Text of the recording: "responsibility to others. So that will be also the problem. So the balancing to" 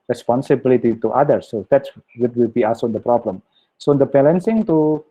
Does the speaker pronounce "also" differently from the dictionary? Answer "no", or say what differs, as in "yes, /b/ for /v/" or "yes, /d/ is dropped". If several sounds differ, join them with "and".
yes, /l/ is dropped